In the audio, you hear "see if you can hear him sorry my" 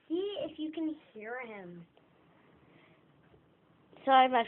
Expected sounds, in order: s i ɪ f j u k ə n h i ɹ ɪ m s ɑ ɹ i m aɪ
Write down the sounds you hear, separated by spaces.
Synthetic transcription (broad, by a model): s i ɪ f j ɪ k ə n h i ɹ ɪ m s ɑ i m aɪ